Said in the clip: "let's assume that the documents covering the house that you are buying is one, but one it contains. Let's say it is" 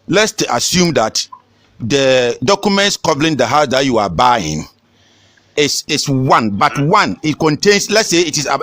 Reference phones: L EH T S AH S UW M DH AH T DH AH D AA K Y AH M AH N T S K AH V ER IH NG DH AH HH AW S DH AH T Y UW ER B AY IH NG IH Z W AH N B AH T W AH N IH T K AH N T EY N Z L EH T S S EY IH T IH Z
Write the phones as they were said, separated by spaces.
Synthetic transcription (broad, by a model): L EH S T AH S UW M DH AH T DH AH D AA K Y AH M AH N T S K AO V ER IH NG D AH HH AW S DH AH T Y UW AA B AY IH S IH S W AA N B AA T W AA N IH T K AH N T EY N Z L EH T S S EY IH T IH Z